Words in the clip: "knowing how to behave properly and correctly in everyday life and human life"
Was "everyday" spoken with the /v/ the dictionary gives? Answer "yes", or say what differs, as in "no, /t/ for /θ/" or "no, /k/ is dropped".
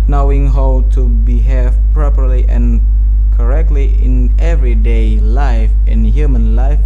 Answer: yes